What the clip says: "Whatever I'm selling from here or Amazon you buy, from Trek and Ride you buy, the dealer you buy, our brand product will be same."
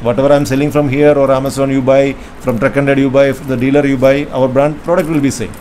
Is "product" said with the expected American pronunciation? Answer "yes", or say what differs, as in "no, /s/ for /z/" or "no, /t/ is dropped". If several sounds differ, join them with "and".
yes